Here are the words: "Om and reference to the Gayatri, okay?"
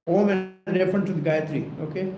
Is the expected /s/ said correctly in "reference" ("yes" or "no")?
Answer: no